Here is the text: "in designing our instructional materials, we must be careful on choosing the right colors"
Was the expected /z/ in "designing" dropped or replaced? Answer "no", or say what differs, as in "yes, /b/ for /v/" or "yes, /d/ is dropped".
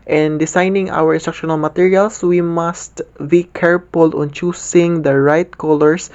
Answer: yes, /s/ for /z/